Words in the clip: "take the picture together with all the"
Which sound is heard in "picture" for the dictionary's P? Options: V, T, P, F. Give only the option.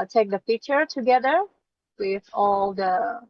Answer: F